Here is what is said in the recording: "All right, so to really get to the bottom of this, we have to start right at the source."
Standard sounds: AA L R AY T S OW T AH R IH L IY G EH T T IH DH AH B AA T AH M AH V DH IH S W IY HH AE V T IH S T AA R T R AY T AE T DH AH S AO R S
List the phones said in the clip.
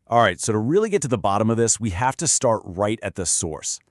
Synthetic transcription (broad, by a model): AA L R AY T S OW T AH R IH L IY G EH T T IH DH AH B AA T AH M AH V DH IH S W IY HH AE F T IH S T AA R T R AY T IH T DH AH S AO R S